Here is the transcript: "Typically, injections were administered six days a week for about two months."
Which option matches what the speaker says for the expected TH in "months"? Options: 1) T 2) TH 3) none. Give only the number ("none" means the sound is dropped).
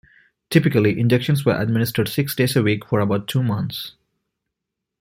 1